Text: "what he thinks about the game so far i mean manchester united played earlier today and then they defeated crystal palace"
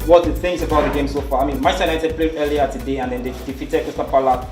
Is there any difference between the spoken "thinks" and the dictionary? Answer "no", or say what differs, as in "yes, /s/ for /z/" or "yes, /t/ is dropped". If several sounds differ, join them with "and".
yes, /k/ is dropped